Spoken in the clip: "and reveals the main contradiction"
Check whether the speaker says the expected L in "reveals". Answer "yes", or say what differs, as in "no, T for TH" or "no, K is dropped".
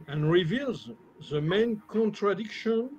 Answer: yes